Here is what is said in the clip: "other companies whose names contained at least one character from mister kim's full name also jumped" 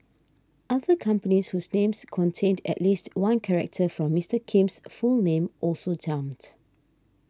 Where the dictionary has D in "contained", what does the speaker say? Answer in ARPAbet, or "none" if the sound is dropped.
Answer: D